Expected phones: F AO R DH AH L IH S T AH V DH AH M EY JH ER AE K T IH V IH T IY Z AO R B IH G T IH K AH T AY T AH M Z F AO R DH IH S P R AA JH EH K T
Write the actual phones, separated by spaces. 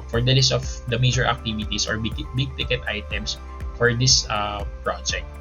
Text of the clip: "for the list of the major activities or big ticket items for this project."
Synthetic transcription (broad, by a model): F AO R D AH L IH S T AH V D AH M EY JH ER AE K T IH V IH T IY S AO R B IH G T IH K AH T AY T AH M S F AO R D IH S P R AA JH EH K T